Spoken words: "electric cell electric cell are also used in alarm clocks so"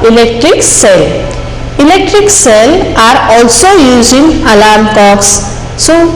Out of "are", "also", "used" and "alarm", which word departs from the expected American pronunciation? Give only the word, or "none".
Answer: used